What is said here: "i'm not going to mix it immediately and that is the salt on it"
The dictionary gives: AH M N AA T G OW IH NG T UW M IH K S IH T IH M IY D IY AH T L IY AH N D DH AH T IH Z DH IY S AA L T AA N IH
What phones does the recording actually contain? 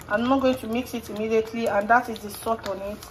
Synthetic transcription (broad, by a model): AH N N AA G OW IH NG T UW M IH K S IH T IH M IY D IY AH T L IY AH N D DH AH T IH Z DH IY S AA T AA N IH